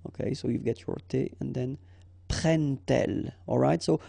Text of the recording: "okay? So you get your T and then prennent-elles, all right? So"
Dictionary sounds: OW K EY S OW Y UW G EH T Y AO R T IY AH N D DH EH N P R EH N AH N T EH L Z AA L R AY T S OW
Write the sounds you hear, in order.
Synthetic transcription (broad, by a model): OW K EY S OW Y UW G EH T Y AO R T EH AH N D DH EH N P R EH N N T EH L AA L R AY T S OW